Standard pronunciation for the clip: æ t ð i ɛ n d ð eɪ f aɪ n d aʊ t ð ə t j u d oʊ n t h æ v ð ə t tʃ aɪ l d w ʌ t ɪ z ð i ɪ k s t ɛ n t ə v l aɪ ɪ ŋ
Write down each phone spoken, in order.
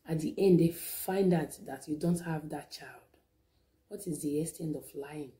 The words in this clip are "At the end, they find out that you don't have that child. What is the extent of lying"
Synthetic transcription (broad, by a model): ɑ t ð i ɛ n d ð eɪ f aɪ n d aʊ t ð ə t j u d oʊ n t h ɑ v ð ə t tʃ aɪ l d w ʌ t ɪ z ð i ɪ s t ɛ n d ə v l aɪ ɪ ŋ